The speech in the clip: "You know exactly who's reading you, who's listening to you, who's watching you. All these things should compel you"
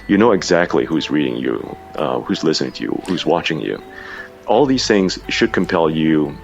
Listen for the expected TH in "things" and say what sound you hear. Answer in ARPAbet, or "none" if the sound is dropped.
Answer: TH